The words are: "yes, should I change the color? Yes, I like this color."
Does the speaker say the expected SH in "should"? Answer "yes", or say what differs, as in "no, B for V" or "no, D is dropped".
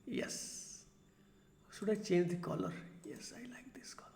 no, S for SH